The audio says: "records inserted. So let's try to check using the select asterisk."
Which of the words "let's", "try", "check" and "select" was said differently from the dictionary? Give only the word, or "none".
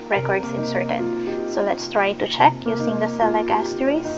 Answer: select